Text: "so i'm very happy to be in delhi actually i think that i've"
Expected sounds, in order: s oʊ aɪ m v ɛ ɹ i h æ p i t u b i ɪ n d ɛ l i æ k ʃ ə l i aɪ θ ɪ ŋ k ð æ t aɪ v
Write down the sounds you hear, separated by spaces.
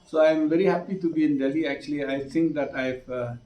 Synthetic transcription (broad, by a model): s oʊ aɪ m v ɛ ɹ i h æ p i t u b i ɪ n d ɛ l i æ k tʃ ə l i aɪ t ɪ ŋ k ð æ t aɪ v